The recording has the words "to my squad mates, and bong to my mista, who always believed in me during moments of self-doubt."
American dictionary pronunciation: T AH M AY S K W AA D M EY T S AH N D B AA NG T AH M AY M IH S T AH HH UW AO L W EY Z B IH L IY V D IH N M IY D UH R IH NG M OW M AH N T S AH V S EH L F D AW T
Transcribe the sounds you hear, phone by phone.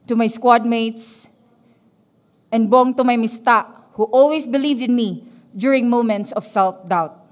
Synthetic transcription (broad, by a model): T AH M AY S K W AA D M EY T S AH N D B AA NG T AH M AY M IH S T AH HH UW AO L W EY S B IH L IY V D IH N M IY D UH R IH NG M OW M AH N T S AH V S EH L F D AW T